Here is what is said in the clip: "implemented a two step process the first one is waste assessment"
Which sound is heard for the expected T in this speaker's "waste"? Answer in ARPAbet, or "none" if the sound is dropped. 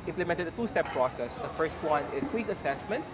none